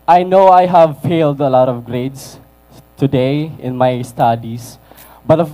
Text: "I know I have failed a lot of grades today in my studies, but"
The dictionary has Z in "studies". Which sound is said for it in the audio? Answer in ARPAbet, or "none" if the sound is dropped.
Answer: S